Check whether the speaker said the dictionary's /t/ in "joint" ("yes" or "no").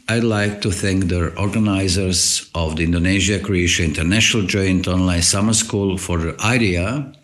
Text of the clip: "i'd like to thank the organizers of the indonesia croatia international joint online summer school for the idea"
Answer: yes